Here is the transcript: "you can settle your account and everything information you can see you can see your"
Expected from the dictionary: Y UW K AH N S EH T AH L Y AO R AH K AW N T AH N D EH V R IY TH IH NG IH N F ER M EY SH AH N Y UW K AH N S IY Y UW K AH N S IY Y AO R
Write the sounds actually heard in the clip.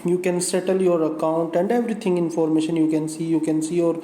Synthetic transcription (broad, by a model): Y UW K AH N S EH T AH L Y AO R AH K AW N T AH N D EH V R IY T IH NG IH N F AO M EY SH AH N Y UW K AH N S IY Y UW K AH N S IY Y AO R